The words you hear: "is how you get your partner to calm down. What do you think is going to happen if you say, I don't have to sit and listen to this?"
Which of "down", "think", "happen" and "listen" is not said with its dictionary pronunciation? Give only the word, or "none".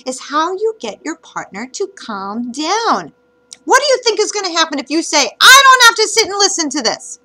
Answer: none